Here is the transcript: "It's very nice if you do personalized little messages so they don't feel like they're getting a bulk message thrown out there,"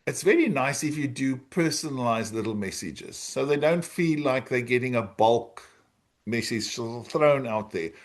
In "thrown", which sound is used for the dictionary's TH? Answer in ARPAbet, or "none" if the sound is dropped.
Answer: TH